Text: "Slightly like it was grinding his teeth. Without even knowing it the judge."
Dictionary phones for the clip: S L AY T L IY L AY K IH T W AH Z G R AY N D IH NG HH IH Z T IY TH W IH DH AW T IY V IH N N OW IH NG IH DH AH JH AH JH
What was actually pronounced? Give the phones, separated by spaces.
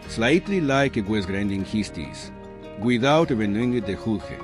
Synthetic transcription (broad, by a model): S L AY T L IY L AY K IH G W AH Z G R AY N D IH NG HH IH S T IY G W IH DH AW T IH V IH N N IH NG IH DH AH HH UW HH